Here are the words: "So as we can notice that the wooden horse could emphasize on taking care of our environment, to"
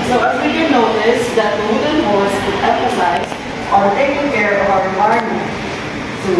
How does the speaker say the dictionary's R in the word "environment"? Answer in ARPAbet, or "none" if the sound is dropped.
none